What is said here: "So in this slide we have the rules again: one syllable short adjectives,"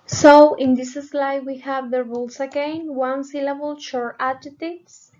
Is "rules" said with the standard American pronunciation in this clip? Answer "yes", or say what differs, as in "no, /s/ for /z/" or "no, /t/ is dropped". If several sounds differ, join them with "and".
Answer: no, /s/ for /z/